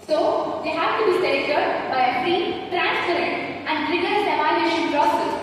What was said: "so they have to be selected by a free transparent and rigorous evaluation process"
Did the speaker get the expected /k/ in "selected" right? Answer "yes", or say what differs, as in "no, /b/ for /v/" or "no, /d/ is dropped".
no, /k/ is dropped